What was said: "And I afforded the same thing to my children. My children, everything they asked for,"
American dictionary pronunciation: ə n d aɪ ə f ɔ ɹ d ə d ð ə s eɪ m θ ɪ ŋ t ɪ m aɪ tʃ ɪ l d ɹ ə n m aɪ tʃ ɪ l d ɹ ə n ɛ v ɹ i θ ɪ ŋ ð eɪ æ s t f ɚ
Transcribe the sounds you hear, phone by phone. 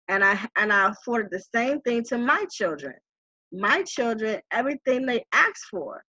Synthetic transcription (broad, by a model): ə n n aɪ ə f ɔ ɹ d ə d ð ə s eɪ m θ ɪ ŋ t ɪ m aɪ tʃ ɪ l d ɹ ə n m aɪ tʃ ɪ l d ɹ ə n ɛ v ɹ i θ ɪ ŋ ð eɪ æ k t f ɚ